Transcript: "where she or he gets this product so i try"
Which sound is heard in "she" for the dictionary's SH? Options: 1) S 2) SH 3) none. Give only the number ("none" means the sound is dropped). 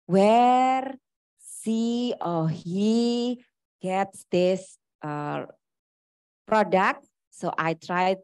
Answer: 1